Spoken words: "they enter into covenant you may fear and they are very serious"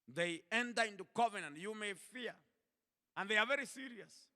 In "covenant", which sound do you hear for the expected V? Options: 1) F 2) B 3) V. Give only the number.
3